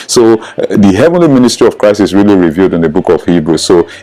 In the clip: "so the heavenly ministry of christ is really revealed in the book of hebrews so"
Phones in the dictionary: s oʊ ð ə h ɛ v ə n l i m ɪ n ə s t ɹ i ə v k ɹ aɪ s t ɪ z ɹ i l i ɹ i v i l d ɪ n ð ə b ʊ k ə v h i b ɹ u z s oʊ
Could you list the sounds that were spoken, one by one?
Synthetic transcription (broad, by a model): s oʊ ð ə h ɛ v ə n l i m ɪ n ə s t ɹ i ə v k ɹ aɪ s t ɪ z ɹ i l i ɹ i v i l d ɪ n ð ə b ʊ k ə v h i b ɹ u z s oʊ